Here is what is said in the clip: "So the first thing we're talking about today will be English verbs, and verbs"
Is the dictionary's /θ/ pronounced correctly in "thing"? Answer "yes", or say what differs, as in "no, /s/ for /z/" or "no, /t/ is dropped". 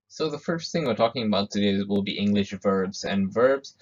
yes